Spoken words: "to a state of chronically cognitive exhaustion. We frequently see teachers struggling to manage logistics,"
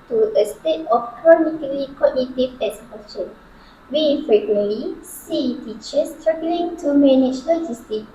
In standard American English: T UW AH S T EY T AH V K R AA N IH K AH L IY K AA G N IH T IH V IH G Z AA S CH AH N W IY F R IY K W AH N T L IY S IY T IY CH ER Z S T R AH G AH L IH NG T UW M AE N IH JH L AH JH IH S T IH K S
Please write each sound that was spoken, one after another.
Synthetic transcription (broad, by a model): T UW AH S T EY T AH F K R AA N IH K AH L IY K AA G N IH T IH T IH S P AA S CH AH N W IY F R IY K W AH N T L IY S IY T IY CH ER S T R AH G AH L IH NG T UW M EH N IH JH L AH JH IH S T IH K